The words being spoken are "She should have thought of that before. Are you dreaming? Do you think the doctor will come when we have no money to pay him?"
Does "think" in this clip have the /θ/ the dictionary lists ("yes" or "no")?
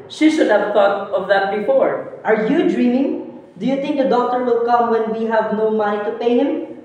no